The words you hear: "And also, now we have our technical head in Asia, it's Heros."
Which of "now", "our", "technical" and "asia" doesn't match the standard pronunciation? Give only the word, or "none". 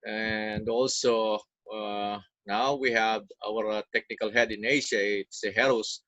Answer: asia